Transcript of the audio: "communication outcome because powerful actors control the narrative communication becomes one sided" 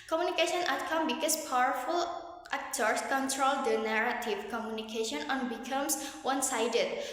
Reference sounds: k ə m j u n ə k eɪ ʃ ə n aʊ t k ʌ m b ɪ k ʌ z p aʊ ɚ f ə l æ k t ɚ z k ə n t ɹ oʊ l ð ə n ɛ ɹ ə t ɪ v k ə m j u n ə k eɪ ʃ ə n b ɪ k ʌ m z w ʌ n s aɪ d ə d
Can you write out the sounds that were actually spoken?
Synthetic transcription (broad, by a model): k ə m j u n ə k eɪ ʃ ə n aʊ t k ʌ m b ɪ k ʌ s p aʊ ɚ f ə l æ k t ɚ s k ə n t ɹ oʊ l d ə n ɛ ɹ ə t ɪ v k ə m j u n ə k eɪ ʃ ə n b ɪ k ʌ m s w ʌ n s aɪ d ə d